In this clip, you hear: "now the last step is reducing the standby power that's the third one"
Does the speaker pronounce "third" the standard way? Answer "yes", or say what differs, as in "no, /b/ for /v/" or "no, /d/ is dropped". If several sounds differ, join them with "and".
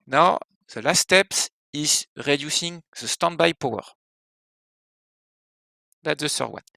no, /s/ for /θ/